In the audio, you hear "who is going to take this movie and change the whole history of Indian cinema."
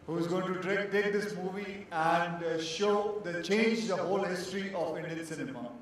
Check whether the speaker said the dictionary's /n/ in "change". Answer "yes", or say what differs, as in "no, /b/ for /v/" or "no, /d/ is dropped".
yes